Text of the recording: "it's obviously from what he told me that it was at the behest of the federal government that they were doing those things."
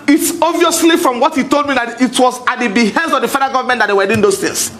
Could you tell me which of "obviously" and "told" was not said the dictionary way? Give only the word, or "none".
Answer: obviously